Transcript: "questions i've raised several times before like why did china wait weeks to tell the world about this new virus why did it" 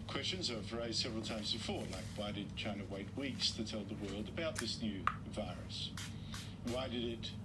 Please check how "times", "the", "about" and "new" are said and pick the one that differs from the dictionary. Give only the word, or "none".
none